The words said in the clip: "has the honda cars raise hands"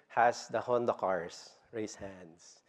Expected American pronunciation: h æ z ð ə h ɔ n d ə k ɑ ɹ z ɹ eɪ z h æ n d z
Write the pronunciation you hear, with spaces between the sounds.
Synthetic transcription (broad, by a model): h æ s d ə h ɔ n d ə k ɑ ɹ s ɹ eɪ s h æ n d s